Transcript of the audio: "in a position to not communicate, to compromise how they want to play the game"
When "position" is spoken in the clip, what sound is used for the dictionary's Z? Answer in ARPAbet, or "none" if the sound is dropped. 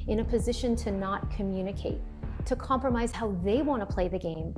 Z